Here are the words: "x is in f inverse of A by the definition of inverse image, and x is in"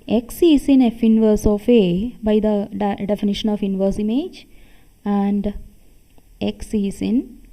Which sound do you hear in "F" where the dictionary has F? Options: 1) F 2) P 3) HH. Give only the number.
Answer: 1